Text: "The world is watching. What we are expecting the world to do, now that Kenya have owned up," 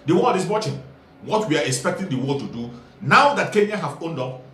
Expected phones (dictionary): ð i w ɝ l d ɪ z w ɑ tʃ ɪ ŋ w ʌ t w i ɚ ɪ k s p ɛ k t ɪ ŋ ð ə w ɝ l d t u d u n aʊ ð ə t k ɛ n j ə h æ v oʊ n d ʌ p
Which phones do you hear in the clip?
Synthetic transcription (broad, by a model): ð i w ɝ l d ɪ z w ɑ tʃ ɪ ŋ w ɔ t w i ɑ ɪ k s p ɛ k t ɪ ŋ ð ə w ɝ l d t u d u n aʊ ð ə t k ɛ n j ə h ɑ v oʊ n d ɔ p